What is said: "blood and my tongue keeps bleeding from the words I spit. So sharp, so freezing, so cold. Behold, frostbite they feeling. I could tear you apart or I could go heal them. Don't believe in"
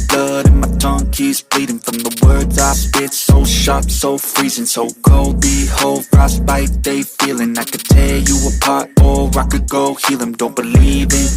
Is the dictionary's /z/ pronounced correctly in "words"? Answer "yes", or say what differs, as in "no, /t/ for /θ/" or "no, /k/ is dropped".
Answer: yes